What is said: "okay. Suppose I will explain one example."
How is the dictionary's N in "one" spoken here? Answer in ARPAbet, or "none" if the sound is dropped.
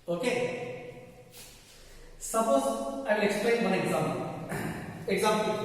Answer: L